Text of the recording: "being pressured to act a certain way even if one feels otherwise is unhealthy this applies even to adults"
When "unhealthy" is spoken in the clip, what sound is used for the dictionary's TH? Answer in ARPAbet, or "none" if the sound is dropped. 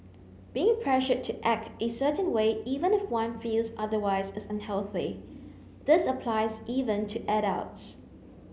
TH